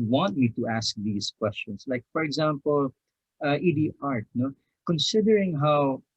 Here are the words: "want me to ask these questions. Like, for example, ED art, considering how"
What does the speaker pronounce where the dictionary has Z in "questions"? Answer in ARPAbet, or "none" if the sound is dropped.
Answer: S